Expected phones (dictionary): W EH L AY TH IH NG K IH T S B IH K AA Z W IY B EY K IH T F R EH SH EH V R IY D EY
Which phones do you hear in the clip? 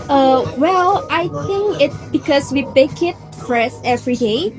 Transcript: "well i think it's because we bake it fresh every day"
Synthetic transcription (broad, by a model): W EH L AY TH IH NG K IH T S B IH K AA S W IY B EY K IH T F R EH S EH V R IY D EY